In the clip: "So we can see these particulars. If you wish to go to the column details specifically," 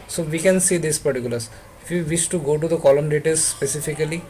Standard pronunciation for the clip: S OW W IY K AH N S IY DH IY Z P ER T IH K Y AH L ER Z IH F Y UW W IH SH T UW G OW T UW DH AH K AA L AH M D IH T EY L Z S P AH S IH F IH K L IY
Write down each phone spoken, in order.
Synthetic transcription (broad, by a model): S OW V IY K AH N S IY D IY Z P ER T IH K Y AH L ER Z IH F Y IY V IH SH T UW G OW T UW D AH K AA L AH M D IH T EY Z S P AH S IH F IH K L IY